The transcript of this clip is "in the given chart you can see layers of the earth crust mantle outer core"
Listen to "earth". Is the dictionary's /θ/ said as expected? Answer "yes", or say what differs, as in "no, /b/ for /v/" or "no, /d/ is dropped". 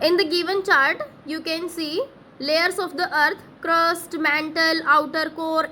no, /t/ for /θ/